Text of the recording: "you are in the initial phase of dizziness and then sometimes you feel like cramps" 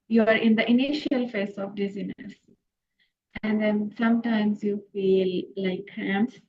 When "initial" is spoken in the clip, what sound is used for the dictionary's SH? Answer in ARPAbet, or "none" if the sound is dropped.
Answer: SH